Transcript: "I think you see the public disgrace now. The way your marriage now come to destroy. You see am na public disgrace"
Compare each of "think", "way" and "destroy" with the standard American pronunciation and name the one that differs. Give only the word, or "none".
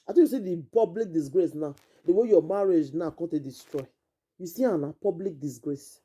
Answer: think